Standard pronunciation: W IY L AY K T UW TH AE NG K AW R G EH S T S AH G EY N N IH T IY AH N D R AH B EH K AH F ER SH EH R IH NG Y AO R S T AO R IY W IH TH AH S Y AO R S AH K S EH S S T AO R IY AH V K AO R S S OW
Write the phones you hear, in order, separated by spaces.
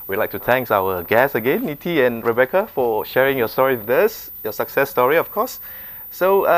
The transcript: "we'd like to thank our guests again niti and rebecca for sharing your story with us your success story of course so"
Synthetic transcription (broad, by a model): W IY L AY K T UW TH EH NG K AW W G EH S S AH G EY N N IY T IY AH N R AH B EH K AH F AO SH EH R IH NG Y AO S T AO R IY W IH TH AH S Y AO S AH K S EH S S T AO R IY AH F K AO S S OW